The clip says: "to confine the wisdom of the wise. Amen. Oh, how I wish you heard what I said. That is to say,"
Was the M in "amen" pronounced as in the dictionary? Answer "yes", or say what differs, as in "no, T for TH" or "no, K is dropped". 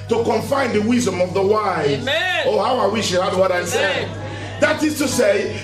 no, M is dropped